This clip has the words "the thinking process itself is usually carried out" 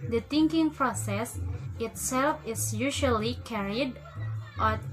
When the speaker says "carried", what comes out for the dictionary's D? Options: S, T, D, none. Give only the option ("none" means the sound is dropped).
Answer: D